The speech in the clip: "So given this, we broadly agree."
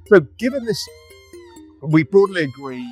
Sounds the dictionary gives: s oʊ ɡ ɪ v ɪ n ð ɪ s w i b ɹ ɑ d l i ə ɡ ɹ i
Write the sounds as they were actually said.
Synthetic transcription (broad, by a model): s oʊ ɡ ɪ v ɪ n ð ɪ s w i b ɑ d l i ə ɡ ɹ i